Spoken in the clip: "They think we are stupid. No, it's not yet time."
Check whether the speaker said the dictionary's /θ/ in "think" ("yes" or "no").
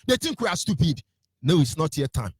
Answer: no